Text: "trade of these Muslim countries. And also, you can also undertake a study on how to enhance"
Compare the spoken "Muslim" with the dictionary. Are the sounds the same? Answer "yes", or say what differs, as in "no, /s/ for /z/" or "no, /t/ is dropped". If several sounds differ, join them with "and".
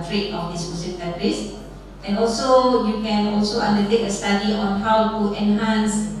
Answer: no, /l/ is dropped